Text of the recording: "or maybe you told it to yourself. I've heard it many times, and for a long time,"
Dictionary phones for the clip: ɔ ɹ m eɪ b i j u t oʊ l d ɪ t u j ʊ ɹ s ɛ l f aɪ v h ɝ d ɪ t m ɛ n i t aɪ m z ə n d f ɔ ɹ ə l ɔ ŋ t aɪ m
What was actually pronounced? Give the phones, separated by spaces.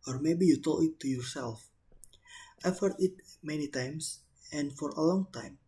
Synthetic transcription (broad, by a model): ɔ ɹ m eɪ b i j u t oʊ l ɪ t u j ʊ ɹ s ɛ l f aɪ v h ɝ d ɪ t m ɛ n i t aɪ m s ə n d f ɔ ɹ ə l ɔ ŋ t aɪ m